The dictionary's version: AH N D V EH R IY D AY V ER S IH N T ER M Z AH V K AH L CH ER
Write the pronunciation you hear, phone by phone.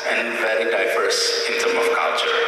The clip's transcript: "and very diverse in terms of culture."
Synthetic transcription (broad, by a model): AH N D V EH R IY D AY V ER S IH N T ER M AH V K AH L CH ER